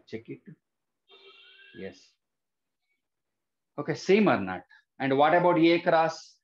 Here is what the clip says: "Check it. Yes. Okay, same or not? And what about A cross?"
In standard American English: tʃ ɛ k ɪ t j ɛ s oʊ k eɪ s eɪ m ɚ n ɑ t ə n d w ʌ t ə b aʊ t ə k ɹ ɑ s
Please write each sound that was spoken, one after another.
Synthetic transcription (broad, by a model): tʃ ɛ k ɪ t j ɛ s oʊ k eɪ s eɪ m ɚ n ɑ t ə n d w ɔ t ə b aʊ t ə k ɹ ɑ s